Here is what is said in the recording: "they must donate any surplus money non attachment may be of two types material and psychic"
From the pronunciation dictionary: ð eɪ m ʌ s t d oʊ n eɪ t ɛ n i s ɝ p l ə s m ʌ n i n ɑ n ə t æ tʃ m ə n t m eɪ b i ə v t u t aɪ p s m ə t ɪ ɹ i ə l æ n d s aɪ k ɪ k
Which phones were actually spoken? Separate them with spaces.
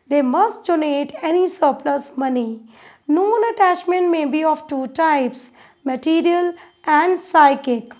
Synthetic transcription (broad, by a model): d eɪ m ʌ s t d oʊ n eɪ t ɛ n i s ɝ p l ə s m ʌ n i n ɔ n ə t æ tʃ m ə n t m eɪ b i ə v t u t aɪ p s m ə t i ɹ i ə l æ n d s aɪ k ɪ k